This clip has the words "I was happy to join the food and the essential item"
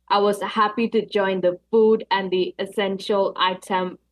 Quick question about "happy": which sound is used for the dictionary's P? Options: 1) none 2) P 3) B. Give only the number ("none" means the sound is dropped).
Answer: 2